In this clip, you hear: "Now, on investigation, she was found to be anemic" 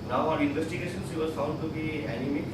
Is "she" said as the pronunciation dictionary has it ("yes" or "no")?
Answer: no